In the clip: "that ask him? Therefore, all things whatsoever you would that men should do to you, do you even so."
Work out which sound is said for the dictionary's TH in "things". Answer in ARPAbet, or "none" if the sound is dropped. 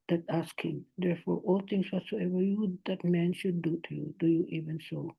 T